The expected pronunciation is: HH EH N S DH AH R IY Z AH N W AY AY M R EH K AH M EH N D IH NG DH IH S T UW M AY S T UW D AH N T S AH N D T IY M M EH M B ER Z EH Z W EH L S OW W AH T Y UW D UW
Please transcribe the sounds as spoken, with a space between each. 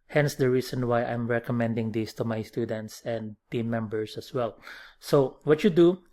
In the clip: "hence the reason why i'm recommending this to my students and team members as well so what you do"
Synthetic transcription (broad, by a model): HH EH N S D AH R IY S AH N W AY AY M R EH K AH M EH N D IH NG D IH S T UW M AY S T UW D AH N T S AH N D T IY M M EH M B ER S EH S W EH L S OW W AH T Y UW D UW